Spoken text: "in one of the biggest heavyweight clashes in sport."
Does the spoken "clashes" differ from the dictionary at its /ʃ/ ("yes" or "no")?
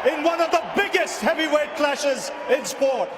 no